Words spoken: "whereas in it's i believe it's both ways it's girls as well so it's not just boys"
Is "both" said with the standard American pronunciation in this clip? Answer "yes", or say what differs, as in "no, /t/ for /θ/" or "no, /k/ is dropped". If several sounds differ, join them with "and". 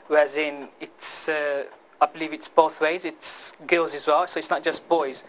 yes